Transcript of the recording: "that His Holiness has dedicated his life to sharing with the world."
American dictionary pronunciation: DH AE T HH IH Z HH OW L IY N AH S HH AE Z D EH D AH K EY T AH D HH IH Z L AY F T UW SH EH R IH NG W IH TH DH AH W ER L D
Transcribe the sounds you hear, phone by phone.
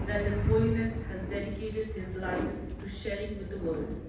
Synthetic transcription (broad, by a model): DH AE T HH IH Z HH OW L IY N AH S HH AE Z D EH D AH K EY T AH D HH IH Z L AY F T UW SH EH R IH NG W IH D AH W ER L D